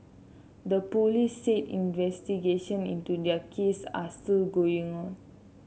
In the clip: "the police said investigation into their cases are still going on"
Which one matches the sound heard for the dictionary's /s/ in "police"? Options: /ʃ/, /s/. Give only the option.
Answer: /s/